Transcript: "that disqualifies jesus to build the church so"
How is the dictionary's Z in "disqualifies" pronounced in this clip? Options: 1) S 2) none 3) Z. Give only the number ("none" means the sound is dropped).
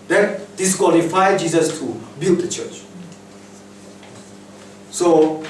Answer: 2